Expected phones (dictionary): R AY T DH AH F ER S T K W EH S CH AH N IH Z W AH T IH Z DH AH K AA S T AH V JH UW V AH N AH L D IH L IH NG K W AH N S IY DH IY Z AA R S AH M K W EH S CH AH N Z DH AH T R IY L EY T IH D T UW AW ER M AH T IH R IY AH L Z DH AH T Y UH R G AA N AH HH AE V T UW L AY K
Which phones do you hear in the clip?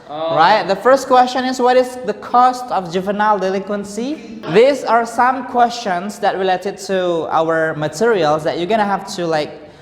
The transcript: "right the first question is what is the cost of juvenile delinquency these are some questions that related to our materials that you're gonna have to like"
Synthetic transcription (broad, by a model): R AY T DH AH F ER S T K W EH S CH AH N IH S W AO T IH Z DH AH K AA S T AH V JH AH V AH N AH L D IH L IH NG K W AH N S IY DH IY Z AA R S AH M K W EH S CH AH N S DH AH T R IY L EY T IH D T UW AW ER M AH T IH R IY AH L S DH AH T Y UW G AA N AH HH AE F T UW L AY K